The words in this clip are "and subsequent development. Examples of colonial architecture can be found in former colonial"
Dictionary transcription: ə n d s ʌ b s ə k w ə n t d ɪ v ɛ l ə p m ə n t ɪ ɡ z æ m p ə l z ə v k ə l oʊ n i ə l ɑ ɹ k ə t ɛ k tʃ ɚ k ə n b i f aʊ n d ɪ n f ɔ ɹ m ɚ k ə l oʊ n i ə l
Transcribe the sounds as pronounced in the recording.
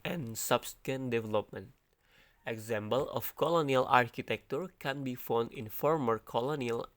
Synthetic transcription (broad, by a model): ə n s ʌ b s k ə n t d ɪ v ɛ l ə p m ə n t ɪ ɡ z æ m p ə l ə f k ə l oʊ n i ə l ɑ ɹ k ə t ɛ k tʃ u k ə n b i f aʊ n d ɪ n f ɔ ɹ m ɚ k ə l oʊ n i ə l